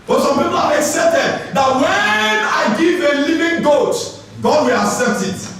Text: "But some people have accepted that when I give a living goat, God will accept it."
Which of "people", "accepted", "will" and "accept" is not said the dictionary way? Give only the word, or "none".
accepted